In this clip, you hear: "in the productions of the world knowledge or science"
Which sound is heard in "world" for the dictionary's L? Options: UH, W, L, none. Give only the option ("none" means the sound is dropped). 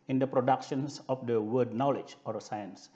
none